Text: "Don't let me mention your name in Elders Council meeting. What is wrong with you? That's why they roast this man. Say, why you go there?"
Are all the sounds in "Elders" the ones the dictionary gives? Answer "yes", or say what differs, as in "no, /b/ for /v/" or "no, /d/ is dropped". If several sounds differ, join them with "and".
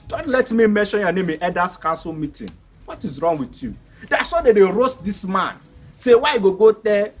no, /l/ is dropped and /s/ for /z/